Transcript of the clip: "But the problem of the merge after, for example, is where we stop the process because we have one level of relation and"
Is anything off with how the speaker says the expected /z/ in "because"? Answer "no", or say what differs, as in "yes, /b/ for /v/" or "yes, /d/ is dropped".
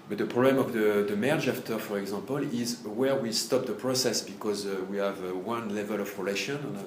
no